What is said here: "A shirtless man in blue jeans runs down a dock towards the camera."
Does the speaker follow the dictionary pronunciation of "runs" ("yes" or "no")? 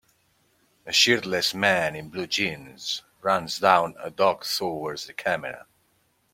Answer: yes